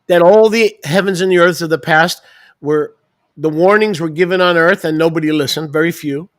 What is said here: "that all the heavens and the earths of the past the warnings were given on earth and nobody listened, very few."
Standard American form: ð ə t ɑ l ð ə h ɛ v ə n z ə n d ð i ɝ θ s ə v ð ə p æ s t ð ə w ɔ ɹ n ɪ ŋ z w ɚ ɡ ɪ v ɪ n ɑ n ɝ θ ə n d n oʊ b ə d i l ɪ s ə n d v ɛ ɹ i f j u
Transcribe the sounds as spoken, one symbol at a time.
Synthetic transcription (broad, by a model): ð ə t ɑ l ð ə h ɛ v ə n z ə n ð i ɝ θ s ə v ð ə p æ s t ð ə w ɔ ɹ n ɪ ŋ z w ɚ ɡ ɪ v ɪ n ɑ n ɝ θ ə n n oʊ b ə d i l ɪ s ə n d v ɛ ɹ i f j u